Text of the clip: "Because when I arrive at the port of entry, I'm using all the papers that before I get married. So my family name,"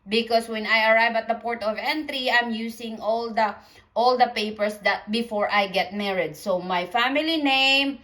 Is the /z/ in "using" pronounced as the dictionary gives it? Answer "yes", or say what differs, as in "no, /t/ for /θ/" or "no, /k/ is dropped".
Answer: no, /s/ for /z/